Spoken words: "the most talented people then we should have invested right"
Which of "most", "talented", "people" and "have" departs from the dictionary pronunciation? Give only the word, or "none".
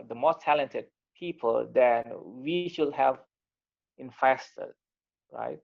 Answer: none